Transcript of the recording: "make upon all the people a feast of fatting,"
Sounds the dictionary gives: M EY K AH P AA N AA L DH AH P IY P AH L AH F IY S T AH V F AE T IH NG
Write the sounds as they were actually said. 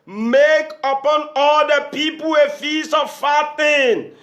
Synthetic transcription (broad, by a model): M EY K AH P AA N AA L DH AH P IY P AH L AH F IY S AH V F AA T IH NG